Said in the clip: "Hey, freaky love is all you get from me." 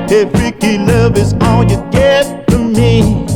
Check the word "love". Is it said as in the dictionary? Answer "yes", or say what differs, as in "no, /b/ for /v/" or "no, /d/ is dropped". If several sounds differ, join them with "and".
yes